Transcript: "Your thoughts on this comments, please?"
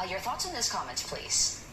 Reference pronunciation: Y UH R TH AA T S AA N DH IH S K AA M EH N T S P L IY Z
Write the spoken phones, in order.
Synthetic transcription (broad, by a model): Y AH R TH AA T S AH N DH IH S K AA M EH N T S P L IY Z